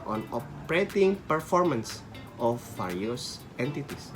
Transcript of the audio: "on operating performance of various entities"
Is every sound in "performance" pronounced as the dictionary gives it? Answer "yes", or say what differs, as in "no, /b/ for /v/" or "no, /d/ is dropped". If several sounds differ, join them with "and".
yes